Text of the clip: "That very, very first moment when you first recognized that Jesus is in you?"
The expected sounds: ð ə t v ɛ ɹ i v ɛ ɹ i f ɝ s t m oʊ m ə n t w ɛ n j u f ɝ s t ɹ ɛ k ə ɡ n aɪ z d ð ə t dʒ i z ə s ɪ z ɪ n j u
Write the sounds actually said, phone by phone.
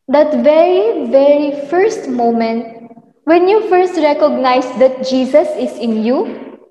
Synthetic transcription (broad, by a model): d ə t v ɛ ɹ i v ɛ ɹ i f ɝ s t m oʊ m ə n t w ɛ n j u f ɝ s t ɹ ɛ k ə ɡ n aɪ s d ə t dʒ i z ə s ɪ s ɪ n j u